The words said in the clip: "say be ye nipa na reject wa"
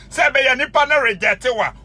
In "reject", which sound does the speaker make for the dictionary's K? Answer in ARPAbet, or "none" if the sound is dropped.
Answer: none